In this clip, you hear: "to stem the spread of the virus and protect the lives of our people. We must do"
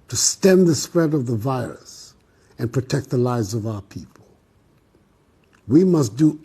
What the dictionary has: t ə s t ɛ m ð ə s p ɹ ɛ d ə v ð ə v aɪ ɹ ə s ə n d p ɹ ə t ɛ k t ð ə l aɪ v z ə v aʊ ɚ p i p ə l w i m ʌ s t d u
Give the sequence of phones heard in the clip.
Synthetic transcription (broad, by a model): t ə s t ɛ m ð ə s p ɹ ɛ d ə v ð ə v aɪ ɹ ə s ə n p ɹ ə t ɛ k t ð ə l aɪ v z ə v aʊ ɚ p i p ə l w i m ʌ s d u